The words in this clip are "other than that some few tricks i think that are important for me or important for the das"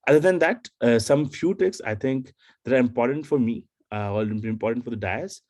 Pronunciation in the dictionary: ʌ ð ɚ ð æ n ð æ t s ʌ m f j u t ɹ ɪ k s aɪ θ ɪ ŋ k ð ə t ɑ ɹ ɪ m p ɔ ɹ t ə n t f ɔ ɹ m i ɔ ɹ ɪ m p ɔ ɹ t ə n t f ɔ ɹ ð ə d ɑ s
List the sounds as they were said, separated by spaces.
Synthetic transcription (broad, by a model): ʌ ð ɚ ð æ n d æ t s ʌ m f j u t ɪ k s aɪ t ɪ ŋ k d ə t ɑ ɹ ɪ m p ɔ ɹ t ə n t f ɔ ɹ m i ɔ l ɪ m p ɔ ɹ t ə n t f ɔ ɹ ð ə d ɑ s